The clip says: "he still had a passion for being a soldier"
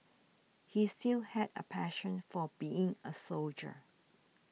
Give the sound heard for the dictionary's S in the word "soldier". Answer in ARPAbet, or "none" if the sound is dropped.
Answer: S